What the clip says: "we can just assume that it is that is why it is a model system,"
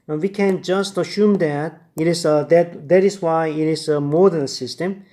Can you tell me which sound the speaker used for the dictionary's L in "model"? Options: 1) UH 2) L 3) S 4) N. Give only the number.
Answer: 4